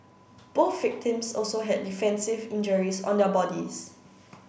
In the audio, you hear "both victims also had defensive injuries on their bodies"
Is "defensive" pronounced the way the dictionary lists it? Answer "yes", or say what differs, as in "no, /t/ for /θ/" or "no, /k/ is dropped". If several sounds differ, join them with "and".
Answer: yes